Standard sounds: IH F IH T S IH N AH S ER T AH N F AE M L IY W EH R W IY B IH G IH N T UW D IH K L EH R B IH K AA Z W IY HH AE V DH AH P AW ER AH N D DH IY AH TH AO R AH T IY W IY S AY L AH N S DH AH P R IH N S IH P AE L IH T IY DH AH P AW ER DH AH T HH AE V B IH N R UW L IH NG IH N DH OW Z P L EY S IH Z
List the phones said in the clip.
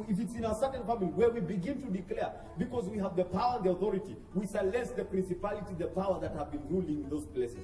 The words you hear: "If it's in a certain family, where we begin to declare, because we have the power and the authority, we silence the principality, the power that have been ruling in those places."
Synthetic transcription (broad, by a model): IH F IH T S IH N AH S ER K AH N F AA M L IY W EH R W IY B IH G IH N T UW D IH K L EH R B IH K AA Z W IY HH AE V DH AH P AW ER AH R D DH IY AH TH AO R AH T IY W IY S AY L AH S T DH AH P R IH N S IH P AE L IH T IY DH AH P AW ER DH AH T HH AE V B IH N R UW L IH NG IH N DH OW Z P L EY S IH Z